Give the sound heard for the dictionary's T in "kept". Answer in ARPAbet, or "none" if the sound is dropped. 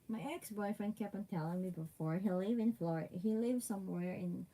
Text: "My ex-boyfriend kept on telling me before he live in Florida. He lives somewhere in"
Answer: none